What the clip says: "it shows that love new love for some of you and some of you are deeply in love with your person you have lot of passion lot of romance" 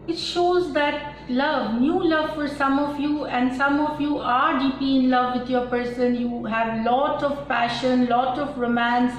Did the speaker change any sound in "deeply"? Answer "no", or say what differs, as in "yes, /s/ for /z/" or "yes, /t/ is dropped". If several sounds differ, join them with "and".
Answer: yes, /l/ is dropped